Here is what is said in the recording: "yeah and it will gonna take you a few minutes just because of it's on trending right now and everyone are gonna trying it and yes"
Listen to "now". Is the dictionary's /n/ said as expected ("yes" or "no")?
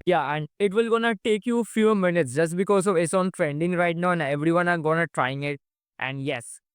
yes